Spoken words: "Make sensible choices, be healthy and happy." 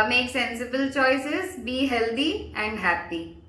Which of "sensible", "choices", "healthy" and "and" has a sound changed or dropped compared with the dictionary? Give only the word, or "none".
healthy